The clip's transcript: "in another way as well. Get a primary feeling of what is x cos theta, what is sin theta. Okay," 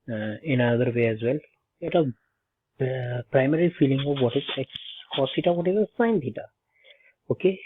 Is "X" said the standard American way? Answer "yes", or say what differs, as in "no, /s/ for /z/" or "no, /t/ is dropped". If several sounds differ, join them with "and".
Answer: no, /s/ is dropped